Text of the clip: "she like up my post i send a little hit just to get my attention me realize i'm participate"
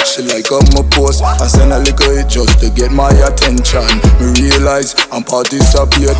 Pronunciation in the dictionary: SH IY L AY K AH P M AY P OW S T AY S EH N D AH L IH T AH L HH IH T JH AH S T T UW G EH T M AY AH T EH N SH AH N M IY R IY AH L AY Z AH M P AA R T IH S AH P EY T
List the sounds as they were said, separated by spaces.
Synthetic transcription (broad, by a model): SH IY L AY K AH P M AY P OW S AY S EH N AH L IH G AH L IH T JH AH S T T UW G EH T M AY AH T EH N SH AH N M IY R IY AH L AY Z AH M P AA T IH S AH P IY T